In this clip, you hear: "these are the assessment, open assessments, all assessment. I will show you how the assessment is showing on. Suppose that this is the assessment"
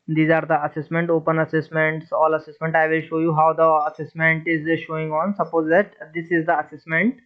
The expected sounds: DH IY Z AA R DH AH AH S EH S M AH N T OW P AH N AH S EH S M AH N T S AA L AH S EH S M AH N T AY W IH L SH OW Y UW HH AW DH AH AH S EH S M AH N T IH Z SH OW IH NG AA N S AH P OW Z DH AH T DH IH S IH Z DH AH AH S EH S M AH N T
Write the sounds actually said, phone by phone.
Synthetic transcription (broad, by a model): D IY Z AA R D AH AH S EH S M AH N T OW P AH N AH S EH S M AH N T S AA L AH S EH S M AH N T AY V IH L SH OW Y UW HH AW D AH AH S EH S M AH N T IH Z SH OW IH NG AA N S AH P OW Z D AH T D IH S IH Z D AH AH S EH S M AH N T